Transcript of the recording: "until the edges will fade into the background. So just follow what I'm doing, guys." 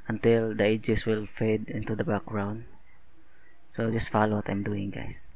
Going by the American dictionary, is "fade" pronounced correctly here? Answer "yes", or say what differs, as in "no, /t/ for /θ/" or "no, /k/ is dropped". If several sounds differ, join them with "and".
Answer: yes